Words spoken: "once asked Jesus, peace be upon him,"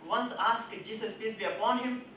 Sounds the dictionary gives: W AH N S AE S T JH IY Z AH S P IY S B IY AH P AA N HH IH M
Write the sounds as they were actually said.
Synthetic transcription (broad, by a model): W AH N S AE S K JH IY S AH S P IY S B IY AH P AA N HH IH M